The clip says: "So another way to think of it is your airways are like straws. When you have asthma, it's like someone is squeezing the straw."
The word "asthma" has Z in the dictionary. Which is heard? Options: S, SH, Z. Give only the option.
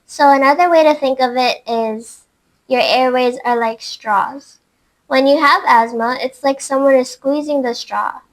Z